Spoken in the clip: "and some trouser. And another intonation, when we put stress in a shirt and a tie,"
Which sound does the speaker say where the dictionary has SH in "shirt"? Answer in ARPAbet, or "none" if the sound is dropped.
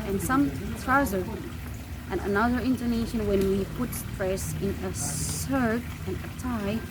S